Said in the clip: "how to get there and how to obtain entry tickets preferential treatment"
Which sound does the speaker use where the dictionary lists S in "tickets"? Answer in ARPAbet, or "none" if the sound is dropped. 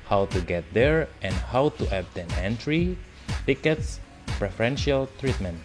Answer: S